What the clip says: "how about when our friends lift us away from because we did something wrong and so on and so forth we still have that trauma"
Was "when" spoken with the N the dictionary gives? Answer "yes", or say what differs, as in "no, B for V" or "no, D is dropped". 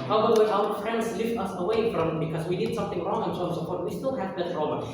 no, N is dropped